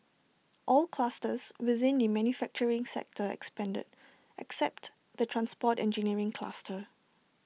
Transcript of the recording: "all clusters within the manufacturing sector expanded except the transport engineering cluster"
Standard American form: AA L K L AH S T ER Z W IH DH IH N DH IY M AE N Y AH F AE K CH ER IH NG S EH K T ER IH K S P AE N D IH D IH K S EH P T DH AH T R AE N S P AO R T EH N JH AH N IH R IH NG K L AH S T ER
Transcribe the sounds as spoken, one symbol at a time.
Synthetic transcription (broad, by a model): AA L K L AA S T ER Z W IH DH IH N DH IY M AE N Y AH F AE K CH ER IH NG S EH K T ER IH K S P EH N D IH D IH K S EH P T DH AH T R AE N S P AO T EH N JH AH N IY R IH NG K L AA S T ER